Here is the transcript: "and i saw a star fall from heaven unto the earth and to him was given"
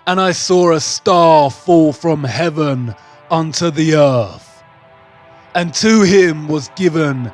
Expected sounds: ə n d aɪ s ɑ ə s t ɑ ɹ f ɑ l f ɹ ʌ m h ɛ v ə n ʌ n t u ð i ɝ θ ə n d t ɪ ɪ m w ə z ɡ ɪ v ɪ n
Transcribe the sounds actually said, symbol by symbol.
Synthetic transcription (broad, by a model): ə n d aɪ s ɑ ə s t ɑ ɹ f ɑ l f ɹ ʌ m h ɛ v ə n ʌ n t u ð i ɝ θ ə n t ɪ ɪ m w ə z ɡ ɪ v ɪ n